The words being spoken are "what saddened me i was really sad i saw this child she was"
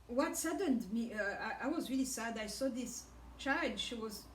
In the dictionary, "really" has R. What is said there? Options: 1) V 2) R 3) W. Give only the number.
2